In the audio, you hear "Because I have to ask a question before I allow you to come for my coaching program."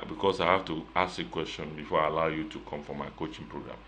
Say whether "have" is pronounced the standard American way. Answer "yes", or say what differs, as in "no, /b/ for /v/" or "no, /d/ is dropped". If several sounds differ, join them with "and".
no, /f/ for /v/